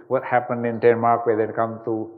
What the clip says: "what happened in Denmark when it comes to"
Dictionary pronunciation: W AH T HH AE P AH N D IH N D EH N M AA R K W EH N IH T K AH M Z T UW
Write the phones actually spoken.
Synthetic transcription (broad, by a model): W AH T HH AE P AH N D IH N D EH N M AA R K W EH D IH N K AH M T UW